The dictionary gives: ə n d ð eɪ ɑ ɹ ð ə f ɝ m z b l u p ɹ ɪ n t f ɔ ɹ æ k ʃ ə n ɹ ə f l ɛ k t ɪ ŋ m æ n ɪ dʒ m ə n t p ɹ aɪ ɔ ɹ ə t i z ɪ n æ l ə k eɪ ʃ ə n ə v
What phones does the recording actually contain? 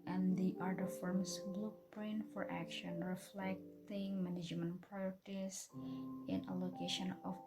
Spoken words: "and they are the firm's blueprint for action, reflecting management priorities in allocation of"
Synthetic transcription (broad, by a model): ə n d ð ɑ ɹ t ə f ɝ m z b l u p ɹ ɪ n f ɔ ɹ æ k ʃ ə n ɹ ə f l ɛ k t ɪ ŋ m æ n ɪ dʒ m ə n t p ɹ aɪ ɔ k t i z ɪ n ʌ l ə k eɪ ʃ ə n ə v